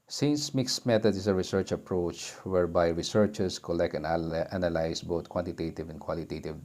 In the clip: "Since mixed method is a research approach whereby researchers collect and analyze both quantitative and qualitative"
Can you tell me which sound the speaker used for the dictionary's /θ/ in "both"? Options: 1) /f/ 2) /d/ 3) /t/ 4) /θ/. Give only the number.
3